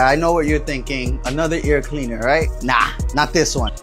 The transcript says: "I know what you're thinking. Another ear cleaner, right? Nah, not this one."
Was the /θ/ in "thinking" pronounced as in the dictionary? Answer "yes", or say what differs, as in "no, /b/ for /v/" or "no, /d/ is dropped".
yes